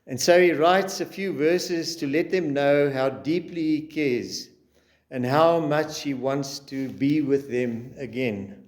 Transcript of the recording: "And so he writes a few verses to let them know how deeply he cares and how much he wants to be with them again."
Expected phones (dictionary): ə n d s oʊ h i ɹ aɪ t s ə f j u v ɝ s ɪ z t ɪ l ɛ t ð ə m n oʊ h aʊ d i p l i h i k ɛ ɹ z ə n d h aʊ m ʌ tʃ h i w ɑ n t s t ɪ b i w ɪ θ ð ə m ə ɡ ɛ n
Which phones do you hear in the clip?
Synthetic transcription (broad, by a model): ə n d s oʊ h i ɹ aɪ t s ə f j u v ɝ s ɪ z t ɪ l ɛ t ð ə m n oʊ h aʊ d i p l i h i k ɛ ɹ z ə n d h aʊ m ʌ tʃ h i w ɑ n t s t ɪ b i w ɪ ð ə m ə ɡ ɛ n